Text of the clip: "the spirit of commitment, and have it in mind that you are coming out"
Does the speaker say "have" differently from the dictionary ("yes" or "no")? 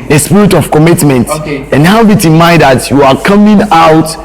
yes